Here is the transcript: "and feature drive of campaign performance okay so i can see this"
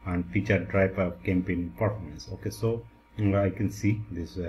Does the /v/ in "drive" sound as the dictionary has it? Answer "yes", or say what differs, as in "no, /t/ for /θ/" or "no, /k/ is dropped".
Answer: no, /p/ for /v/